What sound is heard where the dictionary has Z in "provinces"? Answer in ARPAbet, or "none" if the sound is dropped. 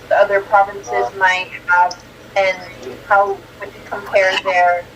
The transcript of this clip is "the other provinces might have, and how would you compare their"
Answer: Z